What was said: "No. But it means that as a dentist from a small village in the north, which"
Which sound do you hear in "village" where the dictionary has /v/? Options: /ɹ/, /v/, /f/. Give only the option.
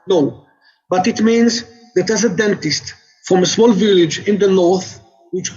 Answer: /v/